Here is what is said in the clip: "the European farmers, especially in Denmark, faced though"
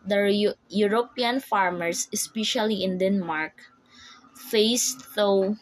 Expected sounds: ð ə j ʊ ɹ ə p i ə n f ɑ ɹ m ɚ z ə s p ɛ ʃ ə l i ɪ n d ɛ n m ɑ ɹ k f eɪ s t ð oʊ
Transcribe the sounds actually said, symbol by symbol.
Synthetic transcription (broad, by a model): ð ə j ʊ ɹ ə p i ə n f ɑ ɹ m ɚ s ə s p ɛ ʃ ə l i ɪ n d ɛ n m ɑ ɹ k f eɪ s t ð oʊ